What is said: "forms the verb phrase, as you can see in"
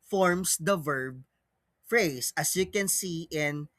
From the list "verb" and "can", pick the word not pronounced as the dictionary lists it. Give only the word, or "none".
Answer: none